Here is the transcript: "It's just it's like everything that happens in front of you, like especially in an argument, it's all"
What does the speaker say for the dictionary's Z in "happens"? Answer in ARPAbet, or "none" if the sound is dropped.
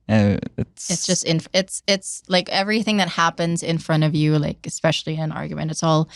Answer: Z